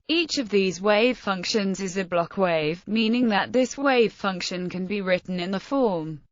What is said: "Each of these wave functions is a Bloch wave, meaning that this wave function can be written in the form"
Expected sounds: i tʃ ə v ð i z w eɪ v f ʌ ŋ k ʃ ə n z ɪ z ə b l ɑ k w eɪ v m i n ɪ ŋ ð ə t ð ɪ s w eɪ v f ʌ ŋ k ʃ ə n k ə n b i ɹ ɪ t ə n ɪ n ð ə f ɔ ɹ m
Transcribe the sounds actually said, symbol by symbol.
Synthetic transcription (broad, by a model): i tʃ ə v ð i z w eɪ v f ʌ ŋ k ʃ ə n z ɪ z ə b l ɑ k w eɪ v m i n ɪ ŋ ð ə t ð ɪ s w eɪ v f ʌ ŋ k ʃ ə n k ə n b i ɹ ɪ t n ɪ n ð ə f ɔ m